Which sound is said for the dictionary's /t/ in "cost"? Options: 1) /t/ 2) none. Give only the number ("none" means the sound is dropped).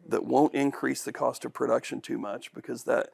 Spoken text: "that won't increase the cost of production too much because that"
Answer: 1